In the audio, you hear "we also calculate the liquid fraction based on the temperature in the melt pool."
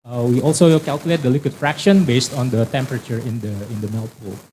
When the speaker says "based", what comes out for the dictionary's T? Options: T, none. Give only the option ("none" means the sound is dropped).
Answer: T